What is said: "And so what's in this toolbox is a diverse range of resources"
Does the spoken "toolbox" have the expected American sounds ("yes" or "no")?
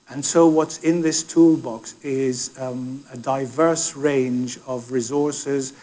yes